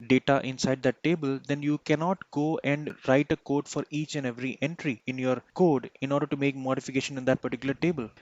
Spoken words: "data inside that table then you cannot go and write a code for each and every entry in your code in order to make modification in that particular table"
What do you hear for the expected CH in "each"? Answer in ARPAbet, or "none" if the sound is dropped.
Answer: CH